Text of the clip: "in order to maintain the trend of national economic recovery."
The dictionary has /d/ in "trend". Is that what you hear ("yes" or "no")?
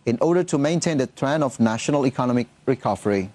no